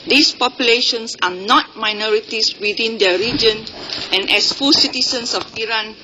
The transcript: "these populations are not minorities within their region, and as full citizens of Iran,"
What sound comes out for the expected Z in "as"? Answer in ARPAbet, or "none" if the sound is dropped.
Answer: S